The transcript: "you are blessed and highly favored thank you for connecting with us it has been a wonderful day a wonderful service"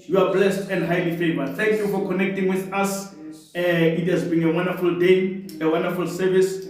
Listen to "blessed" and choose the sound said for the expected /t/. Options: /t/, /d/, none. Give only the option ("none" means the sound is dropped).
/t/